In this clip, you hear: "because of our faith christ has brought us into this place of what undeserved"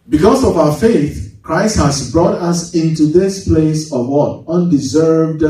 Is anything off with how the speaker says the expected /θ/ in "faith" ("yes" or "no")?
no